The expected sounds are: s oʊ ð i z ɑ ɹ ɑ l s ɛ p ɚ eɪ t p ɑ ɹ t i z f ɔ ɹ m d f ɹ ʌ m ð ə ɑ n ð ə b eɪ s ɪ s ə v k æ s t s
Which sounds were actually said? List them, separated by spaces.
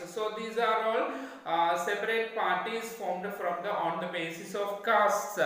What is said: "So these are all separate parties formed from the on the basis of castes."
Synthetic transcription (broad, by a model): s oʊ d i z ɑ ɹ ɑ l s ɛ p ɚ eɪ t p ɑ ɹ t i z f ɔ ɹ m d f ɹ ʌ m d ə ɑ n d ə b eɪ s ɪ s ə v k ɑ s t s